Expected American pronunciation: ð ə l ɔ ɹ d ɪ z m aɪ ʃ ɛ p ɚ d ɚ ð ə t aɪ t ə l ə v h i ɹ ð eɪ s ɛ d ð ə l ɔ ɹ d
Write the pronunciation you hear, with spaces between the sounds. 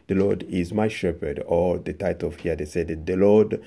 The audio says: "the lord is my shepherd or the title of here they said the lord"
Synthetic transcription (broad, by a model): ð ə l ɔ ɹ d ɪ z m aɪ ʃ ɛ p ɚ d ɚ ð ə t aɪ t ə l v h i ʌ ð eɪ s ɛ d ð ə l ɔ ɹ d